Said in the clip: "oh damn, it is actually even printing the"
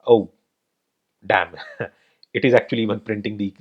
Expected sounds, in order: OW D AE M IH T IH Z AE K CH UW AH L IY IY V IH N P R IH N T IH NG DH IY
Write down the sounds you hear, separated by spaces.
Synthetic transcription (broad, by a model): OW D AE M IH T IH Z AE K CH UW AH L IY IY V IH N P R IH N T IH NG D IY